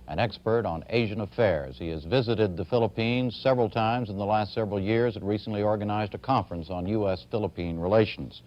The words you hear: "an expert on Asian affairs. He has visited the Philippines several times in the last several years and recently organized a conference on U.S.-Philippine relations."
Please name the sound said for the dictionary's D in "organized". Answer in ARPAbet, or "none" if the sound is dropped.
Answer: D